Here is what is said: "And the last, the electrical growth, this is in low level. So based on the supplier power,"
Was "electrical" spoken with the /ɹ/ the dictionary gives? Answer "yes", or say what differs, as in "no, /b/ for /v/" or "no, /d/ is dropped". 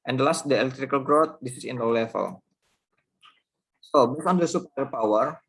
yes